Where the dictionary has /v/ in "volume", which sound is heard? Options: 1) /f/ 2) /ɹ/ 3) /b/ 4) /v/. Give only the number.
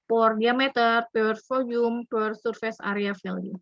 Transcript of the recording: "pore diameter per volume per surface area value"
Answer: 1